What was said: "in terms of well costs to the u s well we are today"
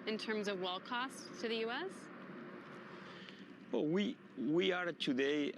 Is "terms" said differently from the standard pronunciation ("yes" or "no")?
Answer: no